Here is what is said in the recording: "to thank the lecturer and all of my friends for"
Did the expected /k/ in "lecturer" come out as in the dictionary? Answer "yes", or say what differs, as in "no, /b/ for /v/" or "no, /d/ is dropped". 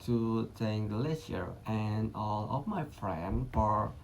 no, /k/ is dropped